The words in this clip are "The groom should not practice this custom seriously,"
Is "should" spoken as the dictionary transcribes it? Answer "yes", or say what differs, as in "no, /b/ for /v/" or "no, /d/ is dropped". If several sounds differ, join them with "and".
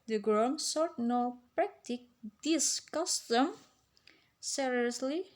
no, /s/ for /ʃ/